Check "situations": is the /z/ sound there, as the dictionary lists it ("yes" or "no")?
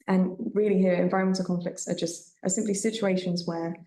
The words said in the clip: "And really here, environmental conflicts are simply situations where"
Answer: yes